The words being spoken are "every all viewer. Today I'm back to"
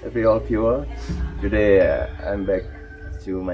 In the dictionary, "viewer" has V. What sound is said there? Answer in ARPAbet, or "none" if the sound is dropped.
P